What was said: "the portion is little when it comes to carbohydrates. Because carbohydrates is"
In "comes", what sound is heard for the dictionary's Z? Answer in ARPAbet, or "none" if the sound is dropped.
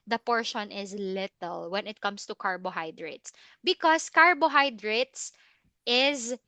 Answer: S